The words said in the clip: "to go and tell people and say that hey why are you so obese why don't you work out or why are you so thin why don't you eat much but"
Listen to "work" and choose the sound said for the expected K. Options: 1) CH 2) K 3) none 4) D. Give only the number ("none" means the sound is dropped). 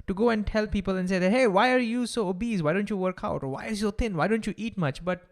2